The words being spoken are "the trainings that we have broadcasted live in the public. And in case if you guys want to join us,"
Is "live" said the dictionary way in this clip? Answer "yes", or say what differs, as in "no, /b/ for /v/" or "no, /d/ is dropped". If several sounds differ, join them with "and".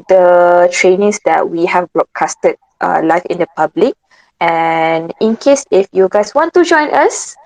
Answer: no, /f/ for /v/